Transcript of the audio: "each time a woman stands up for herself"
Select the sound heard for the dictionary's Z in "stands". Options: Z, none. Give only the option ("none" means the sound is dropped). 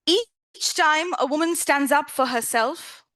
Z